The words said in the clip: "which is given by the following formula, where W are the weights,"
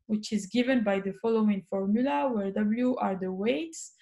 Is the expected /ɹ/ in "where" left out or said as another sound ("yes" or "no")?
no